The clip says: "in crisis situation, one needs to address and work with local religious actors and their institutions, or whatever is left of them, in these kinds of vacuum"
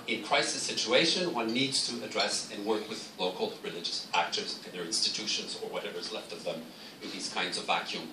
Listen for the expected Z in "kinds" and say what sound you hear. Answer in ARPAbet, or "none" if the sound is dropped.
Z